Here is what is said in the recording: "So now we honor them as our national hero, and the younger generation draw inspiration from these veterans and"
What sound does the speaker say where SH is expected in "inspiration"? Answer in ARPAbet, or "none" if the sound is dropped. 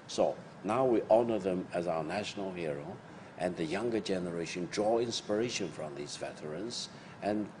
SH